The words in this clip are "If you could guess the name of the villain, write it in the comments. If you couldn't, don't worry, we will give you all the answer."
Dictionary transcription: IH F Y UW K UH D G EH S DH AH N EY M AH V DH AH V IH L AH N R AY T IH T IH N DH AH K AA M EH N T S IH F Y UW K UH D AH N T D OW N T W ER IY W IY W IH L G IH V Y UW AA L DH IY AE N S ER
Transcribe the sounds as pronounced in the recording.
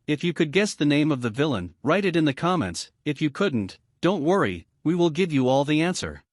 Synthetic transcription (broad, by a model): IH F Y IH K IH D G EH S DH AH N EY M AH V DH AH V IH L AH N R AY T IH T IH N DH AH K AA M EH N T S IH F Y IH K UH D N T D OW N T W ER IY W IY W IH L G IH V Y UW AA L DH IY AE N S ER